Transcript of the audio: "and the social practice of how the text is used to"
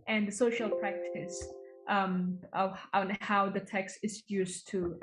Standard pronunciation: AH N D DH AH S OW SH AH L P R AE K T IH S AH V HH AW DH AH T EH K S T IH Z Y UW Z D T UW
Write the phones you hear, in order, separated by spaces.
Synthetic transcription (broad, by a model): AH N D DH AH S OW SH AH L P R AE K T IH S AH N HH AW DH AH T EH K S T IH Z Y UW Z T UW